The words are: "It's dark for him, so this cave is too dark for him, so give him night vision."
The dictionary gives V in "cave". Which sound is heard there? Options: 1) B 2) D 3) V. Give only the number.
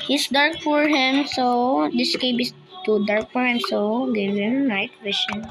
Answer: 1